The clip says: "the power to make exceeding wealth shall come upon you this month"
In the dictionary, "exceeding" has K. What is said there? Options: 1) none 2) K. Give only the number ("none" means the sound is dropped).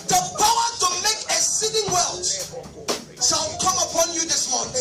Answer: 1